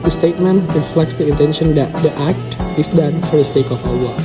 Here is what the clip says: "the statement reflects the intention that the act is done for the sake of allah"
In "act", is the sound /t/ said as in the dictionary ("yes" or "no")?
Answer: yes